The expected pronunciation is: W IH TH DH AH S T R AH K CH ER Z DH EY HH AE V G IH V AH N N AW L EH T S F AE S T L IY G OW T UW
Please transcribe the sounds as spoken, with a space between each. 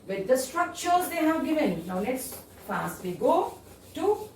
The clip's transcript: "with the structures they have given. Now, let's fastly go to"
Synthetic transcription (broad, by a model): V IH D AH S T R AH K CH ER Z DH EY HH AE V G IH V AH N N AW N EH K S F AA S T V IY G OW T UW